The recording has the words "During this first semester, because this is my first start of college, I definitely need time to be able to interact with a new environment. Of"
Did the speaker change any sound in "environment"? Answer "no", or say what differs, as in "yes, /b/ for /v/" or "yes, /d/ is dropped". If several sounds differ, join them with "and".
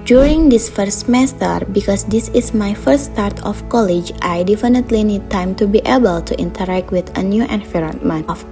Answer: yes, /f/ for /v/ and /t/ is dropped